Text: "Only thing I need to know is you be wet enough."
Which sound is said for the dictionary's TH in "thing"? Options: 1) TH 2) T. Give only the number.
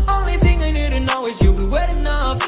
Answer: 1